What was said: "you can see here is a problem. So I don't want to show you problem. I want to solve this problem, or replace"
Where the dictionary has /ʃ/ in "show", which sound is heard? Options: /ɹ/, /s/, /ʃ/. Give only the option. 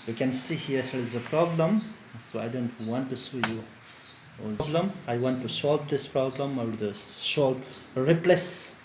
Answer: /s/